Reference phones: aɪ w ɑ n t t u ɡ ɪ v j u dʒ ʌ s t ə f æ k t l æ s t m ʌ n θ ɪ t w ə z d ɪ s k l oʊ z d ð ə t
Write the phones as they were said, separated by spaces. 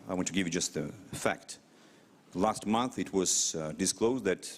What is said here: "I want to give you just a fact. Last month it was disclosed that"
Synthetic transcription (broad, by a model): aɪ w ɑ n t t u ɡ ɪ v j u dʒ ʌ s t ə f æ k t l æ s t m ʌ n θ ɪ t w ə z d ɪ s k l oʊ z d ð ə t